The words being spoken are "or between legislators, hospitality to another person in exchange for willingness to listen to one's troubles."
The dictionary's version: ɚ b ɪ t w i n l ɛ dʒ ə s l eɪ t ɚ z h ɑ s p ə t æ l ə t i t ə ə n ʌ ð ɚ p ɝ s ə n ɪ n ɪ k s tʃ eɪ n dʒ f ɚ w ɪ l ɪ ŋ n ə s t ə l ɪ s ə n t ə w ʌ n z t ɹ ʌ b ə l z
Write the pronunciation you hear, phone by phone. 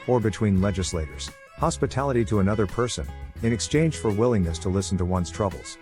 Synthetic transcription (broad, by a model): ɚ b ɪ t w i n l ɛ dʒ ə s l eɪ t ɚ z h ɑ s p ə t æ l ə t i t ə ə n ʌ ð ɚ p ɝ s ə n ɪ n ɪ k s tʃ eɪ n ʒ f ɚ w ɪ l ɪ ŋ n ə s t ə l ɪ s n t ə w ʌ n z t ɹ ʌ b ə l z